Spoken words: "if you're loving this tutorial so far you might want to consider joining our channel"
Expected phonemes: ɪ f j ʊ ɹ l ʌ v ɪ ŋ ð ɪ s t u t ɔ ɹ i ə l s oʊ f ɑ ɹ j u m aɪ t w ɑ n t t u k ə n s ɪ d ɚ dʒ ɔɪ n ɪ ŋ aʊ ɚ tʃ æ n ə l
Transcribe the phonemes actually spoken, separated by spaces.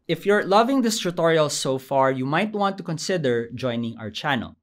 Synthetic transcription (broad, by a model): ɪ f j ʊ ɹ l ʌ v ɪ ŋ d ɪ s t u t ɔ ɹ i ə l s oʊ f ɑ ɹ j u m aɪ t w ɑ n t t u k ə n s ɪ d ɚ dʒ ɔɪ n ɪ ŋ aʊ ɚ tʃ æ n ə l